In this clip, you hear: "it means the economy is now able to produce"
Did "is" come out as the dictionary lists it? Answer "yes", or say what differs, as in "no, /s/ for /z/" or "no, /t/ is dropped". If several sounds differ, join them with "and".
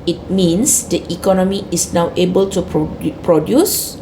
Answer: no, /s/ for /z/